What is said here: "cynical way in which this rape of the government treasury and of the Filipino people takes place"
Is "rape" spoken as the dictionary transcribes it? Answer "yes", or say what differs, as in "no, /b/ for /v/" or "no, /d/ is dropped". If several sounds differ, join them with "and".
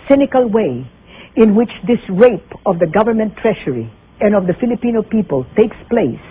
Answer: yes